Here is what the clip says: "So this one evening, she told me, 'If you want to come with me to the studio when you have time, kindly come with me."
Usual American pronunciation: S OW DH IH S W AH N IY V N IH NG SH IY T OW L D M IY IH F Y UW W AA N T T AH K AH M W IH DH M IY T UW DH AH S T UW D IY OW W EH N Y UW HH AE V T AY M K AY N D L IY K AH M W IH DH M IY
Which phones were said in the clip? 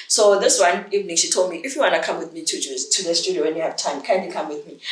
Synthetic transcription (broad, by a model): S OW DH IH S W AH N IY V N IH NG SH IY T OW L D M IY IH F Y UW W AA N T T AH K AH M W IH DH M IY T UW DH AH S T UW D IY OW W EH N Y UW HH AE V T AY M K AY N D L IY K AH M W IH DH M IY